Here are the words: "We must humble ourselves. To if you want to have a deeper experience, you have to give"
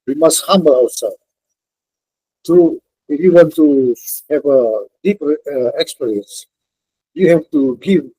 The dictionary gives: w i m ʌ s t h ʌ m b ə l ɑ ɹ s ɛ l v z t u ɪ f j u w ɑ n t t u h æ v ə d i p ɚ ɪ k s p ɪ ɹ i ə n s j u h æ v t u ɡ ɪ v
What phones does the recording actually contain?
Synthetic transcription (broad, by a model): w i m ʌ s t h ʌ m b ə l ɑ w s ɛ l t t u ɪ f j u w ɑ n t t u h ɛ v ə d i p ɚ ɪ k s p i ɹ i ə n s j u h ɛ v t u ɡ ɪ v